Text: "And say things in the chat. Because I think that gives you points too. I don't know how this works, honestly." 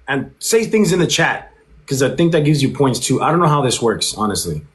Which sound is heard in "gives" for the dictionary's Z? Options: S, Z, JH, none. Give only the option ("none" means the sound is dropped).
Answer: Z